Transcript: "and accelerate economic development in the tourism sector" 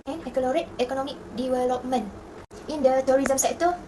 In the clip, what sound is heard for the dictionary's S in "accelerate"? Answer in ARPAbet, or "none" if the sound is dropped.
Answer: none